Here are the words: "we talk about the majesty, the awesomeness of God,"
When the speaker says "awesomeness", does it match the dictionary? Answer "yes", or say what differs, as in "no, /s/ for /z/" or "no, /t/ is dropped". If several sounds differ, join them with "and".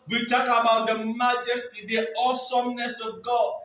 yes